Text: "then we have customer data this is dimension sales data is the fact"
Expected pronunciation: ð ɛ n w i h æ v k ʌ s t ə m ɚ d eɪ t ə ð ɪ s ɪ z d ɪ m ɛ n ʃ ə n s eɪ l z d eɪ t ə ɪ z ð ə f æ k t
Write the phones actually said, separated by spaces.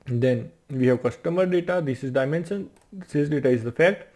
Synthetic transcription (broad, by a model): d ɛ n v i h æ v k ʌ s t ə m ɚ d eɪ t ə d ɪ s ɪ z d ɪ m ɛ n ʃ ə n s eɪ z d eɪ t ə ɪ z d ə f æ k t